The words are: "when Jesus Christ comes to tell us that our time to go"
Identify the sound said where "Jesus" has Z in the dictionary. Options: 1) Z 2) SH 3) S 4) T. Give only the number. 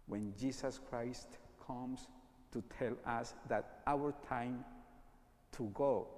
3